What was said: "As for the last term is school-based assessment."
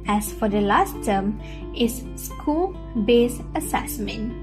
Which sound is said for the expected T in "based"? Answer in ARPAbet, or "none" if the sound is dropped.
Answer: none